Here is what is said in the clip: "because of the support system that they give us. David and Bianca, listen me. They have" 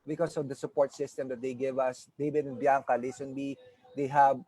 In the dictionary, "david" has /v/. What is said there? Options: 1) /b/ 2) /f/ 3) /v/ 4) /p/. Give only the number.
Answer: 1